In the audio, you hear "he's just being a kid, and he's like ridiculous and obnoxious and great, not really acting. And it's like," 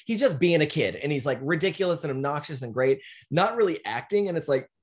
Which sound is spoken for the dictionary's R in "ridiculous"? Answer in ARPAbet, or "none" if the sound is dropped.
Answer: R